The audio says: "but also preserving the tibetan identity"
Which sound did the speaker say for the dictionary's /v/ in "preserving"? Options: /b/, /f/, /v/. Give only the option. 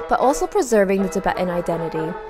/v/